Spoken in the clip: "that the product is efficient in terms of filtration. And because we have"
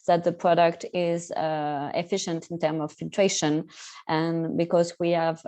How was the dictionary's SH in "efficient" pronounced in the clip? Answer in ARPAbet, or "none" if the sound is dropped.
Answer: SH